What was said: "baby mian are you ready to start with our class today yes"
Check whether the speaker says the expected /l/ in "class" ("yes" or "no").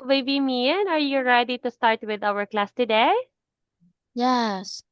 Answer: yes